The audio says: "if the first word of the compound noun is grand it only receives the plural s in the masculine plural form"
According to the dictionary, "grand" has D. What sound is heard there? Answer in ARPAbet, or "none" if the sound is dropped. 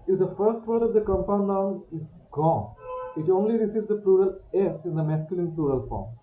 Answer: none